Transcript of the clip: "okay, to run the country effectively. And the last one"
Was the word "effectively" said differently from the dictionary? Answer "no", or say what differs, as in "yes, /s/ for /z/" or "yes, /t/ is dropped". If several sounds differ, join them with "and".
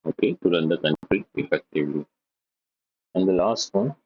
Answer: yes, /p/ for /f/ and /v/ is dropped